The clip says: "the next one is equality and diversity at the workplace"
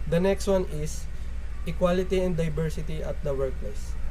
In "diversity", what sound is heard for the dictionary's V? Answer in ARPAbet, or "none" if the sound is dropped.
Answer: B